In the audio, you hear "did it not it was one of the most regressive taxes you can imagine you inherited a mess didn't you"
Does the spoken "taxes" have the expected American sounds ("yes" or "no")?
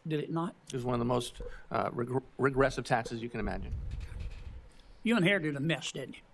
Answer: yes